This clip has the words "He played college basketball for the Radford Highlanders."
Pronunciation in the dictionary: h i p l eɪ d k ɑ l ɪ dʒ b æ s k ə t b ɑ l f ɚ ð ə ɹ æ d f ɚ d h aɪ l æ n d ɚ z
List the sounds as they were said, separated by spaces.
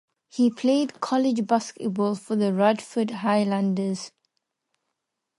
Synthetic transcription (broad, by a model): h i p l eɪ d k ɑ l ɪ dʒ b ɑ s k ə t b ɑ l f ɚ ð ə ɹ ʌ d f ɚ d h aɪ l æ n d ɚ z